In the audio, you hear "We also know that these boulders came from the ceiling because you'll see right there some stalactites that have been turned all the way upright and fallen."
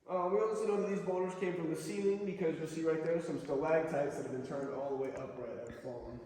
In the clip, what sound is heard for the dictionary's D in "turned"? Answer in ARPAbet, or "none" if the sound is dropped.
D